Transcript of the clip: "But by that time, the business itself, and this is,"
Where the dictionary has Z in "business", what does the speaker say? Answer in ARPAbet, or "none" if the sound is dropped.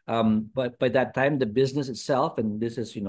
Z